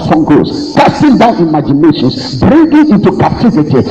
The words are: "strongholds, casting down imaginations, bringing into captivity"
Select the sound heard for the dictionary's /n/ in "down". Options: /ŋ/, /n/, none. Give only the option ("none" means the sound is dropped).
/n/